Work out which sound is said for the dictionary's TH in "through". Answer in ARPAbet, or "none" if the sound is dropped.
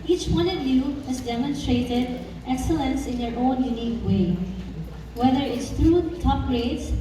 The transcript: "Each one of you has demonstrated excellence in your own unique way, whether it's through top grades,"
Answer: T